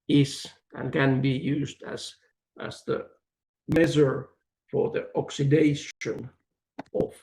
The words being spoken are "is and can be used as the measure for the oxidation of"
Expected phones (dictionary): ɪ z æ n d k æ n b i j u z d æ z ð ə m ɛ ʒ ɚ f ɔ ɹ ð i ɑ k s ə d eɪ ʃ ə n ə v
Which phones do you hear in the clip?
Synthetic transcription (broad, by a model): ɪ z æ n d k æ n b i j u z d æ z ð ə m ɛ z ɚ f ɔ ɹ ð i ɑ k s ə d eɪ ʃ ə n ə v